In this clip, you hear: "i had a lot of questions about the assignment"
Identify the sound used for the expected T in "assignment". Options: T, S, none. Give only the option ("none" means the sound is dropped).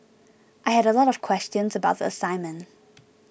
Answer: none